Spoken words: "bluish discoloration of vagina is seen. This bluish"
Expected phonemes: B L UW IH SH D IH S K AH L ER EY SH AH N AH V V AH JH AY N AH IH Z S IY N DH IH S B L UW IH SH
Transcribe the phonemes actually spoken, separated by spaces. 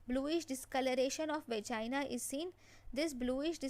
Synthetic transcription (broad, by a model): B L UW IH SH D IH S K AH L ER EY SH AH N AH F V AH CH AY N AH IH Z S IY N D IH S B L UW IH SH